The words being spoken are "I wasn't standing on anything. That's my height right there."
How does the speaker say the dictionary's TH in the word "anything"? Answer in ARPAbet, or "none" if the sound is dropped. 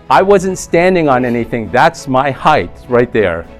TH